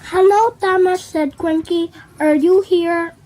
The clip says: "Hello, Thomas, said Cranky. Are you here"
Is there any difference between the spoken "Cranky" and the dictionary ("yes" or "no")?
yes